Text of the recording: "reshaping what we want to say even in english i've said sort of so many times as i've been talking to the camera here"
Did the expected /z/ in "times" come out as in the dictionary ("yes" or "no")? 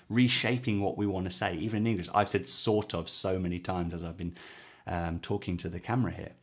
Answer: yes